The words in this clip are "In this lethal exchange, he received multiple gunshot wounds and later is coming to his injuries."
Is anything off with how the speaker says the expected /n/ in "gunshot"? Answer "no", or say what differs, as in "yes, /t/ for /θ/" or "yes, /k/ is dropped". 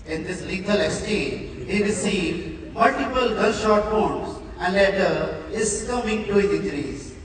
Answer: yes, /l/ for /n/